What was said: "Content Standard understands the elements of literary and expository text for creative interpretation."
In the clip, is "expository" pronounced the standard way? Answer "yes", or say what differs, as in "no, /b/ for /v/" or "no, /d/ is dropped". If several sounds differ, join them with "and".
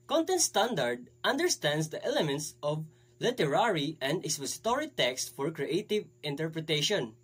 no, /k/ is dropped and /p/ is dropped